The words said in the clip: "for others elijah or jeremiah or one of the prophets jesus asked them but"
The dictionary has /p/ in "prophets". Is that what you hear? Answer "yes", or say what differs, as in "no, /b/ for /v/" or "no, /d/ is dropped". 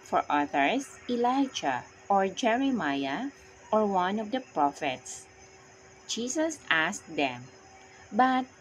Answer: yes